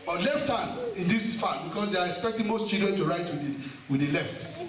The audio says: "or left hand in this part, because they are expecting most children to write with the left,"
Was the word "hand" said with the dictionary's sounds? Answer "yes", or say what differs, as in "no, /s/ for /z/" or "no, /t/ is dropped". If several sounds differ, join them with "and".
no, /d/ is dropped